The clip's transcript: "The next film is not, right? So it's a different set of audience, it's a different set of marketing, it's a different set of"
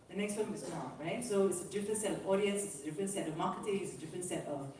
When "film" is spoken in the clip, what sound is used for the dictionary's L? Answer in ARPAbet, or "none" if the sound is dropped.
none